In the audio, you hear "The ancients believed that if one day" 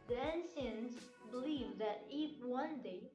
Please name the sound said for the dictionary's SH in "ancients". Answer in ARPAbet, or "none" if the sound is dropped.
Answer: S